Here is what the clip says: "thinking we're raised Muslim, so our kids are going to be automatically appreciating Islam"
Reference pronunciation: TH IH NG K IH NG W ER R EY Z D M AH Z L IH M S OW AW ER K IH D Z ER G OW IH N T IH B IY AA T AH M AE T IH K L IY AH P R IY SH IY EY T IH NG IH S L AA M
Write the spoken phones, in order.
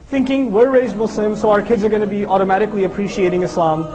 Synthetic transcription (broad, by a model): TH IH NG K IH NG W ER R EY Z D M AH S L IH M S OW AW ER K IH D Z ER G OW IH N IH B IY AA T AH M AE T IH K L IY AH P R IY SH IY EY T IH NG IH S L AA M